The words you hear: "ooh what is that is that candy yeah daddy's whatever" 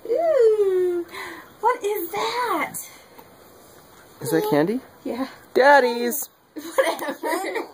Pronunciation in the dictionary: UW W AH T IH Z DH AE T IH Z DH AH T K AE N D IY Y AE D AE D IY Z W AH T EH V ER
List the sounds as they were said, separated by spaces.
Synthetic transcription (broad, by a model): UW W AH T IH Z DH AE T IH Z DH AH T K AE N D IY Y AE D AE D IY Z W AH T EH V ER